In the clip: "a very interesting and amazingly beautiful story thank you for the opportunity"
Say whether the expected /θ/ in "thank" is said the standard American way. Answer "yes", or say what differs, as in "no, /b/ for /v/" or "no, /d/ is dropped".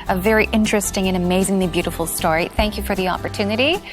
yes